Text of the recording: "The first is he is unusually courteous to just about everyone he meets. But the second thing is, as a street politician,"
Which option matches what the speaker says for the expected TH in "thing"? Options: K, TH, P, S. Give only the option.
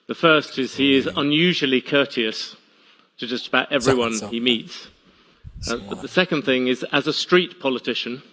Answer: TH